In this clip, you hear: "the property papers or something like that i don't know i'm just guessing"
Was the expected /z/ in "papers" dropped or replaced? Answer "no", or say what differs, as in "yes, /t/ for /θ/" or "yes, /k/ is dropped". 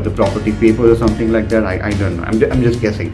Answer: yes, /z/ is dropped